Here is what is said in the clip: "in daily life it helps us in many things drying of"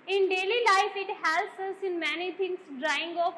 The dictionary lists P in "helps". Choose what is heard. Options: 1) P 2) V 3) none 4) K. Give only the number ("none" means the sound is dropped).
3